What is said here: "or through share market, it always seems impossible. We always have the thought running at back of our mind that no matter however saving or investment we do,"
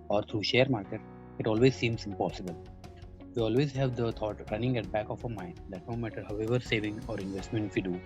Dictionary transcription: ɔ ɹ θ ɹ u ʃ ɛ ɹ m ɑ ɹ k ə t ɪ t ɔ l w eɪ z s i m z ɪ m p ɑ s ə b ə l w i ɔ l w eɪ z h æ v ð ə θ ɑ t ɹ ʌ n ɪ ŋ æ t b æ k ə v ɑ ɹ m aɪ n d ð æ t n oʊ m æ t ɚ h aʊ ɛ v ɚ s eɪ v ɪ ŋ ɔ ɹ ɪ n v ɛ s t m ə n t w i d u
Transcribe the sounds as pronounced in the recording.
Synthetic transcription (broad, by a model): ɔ ɹ t ɹ u ʃ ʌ ɹ m ɑ ɹ k ə t ɪ t ɔ l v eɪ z s i m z ɪ m p ɑ s ə b ə l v i ɔ l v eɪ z h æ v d ə t ɑ t ɹ ʌ n ɪ ŋ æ t b æ k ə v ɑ m aɪ n d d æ t n oʊ m æ t ɚ h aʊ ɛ v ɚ s eɪ v ɪ ŋ ɔ ɹ ɪ n v ɛ s t m ə n t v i d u